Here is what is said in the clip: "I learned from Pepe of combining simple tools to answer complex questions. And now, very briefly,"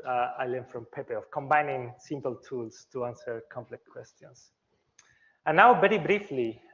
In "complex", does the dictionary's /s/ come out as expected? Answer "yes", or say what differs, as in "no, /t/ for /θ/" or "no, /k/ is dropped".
no, /s/ is dropped